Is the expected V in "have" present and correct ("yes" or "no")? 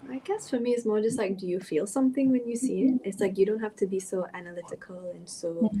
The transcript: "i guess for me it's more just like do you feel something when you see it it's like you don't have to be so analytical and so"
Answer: no